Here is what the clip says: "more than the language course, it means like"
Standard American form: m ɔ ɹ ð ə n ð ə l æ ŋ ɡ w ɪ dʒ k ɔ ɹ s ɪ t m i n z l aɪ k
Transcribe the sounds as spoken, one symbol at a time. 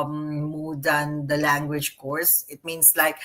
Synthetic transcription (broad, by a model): m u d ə n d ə l æ ŋ ɡ w ɪ dʒ k ɔ ɹ s ɪ t m i n s l aɪ k